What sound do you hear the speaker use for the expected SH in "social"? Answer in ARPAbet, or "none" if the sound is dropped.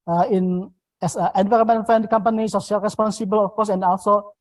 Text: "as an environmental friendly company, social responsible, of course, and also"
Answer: S